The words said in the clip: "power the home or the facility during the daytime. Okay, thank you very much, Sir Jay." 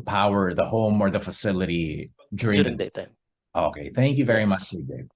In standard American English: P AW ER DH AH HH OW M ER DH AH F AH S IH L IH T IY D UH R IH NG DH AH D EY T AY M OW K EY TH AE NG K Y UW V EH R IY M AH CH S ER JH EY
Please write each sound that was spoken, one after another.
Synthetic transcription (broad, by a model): P AW ER DH AH HH OW M ER DH AH F AH S IH L IH T IY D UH R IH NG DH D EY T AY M OW K EY TH AE NG K Y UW V EH R IY M AH CH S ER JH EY